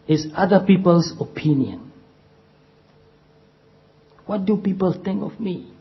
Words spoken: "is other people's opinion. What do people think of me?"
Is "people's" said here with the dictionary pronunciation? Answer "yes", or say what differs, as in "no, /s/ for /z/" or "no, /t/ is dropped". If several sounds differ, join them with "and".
no, /s/ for /z/